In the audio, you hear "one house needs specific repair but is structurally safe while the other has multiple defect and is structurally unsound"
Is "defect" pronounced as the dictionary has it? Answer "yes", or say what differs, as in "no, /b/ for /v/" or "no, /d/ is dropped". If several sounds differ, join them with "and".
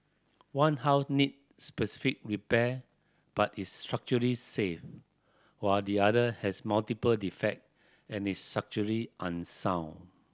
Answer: yes